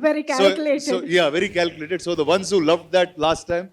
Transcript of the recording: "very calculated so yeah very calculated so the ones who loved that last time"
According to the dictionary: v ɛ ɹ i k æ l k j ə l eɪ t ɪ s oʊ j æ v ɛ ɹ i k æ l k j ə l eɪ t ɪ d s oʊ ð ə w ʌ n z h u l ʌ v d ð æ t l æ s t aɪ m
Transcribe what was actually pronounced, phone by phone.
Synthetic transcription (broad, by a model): v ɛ ɹ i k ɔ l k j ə l eɪ s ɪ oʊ j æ v ɛ ɹ i k æ l k j ə l eɪ t ɪ d s oʊ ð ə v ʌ n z h u l ʌ v d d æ t l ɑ s t aɪ m